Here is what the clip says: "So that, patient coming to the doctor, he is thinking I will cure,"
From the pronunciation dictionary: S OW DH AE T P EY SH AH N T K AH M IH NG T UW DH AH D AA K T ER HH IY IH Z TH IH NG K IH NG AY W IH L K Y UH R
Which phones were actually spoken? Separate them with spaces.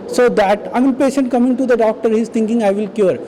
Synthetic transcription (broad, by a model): S OW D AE T P EY SH AH N T K AH M IH NG T UW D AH D AA K T ER HH IY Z T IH NG K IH NG AY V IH L K Y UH R